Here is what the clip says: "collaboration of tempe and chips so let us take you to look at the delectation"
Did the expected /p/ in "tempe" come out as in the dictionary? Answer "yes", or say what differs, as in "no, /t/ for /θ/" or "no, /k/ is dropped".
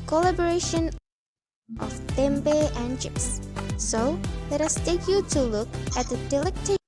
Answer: no, /b/ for /p/